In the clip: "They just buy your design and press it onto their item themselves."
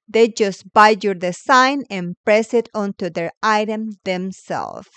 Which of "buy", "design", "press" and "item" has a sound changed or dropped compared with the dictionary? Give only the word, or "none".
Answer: design